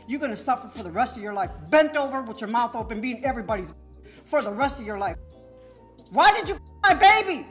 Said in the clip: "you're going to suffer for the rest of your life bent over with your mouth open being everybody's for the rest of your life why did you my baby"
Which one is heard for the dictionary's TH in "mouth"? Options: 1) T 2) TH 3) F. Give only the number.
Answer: 2